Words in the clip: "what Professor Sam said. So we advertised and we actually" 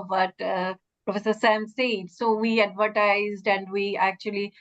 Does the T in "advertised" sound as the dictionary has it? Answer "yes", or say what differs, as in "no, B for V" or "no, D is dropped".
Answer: yes